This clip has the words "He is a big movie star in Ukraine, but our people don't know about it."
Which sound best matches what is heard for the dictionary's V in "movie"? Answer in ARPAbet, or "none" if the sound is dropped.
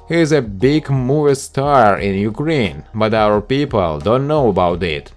none